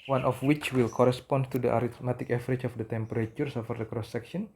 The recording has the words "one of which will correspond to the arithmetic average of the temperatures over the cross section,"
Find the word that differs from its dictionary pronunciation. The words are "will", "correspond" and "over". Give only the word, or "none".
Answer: over